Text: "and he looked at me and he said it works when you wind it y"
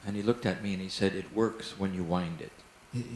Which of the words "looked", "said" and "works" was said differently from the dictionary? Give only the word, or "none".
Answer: none